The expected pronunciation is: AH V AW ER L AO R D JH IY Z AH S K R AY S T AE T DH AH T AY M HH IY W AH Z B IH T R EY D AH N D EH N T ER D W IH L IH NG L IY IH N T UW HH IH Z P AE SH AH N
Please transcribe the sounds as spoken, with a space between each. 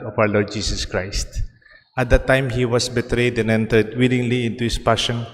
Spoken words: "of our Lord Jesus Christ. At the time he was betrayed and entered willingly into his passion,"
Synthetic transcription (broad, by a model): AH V AW ER L AO R D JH IY S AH S K R AY S T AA T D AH T AY M HH IY W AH S B IH T R EY D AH N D EH N T ER D W IH L IH NG L IY IH N T UW HH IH S P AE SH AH N